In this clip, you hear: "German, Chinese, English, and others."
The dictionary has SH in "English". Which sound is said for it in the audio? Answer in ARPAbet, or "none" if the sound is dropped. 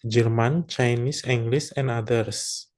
S